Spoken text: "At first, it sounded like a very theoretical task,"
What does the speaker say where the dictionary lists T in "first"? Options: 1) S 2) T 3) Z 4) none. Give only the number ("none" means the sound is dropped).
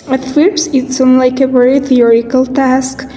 4